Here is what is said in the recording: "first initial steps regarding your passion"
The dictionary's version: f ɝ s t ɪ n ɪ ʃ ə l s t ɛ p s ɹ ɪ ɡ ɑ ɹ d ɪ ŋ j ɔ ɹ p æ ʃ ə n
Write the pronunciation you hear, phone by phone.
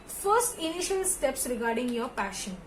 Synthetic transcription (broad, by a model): f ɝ s t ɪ n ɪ ʃ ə l s t ɛ p s ɹ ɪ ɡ ɑ ɹ d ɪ ŋ j ɔ ɹ p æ ʃ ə n